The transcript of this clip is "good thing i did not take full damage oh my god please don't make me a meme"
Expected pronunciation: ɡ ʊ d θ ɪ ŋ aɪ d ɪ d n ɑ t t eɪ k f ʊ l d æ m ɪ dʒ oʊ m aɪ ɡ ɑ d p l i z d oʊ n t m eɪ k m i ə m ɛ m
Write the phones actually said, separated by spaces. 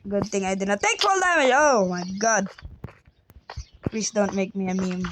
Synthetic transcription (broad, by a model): ɡ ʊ d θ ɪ ŋ aɪ d ɪ d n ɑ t t eɪ k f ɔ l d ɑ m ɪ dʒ oʊ m aɪ ɡ ɑ d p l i s d oʊ n t m eɪ k m i ə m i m